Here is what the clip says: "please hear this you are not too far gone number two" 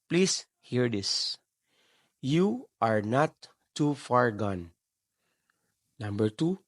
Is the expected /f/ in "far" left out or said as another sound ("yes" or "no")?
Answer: no